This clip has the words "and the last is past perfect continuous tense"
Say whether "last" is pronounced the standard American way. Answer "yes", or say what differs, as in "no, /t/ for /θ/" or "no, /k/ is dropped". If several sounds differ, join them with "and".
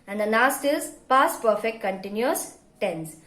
no, /n/ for /l/